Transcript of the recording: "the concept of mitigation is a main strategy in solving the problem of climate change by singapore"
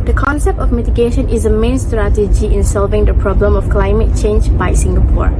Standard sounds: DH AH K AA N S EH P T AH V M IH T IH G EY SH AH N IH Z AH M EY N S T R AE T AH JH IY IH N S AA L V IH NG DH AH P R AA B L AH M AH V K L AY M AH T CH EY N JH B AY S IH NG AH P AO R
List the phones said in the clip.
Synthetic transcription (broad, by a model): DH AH K AA N S EH P T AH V M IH T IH G EY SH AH N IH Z AH M EY N S T R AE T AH JH IY IH N S AA L V IH NG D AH P R AA B L AH M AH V K L AY M AH T CH EY N JH B AY S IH NG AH P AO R